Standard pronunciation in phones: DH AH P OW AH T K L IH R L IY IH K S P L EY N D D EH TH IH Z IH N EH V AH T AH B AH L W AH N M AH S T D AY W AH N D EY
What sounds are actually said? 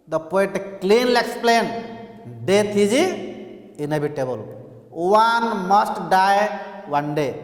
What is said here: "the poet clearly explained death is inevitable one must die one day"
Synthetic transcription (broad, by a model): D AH P OW AH T K L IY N L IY K S P L EY N D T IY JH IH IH N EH B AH T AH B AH L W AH N M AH S T D AY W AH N D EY